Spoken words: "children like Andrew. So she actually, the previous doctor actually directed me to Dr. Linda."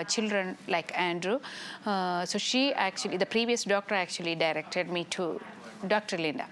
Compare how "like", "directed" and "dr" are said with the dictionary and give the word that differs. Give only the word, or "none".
none